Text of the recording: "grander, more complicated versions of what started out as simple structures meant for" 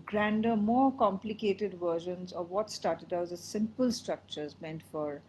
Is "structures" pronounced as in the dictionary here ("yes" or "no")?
yes